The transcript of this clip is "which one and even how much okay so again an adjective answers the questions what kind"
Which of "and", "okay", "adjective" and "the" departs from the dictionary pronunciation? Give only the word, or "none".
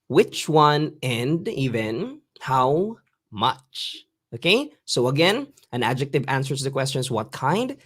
none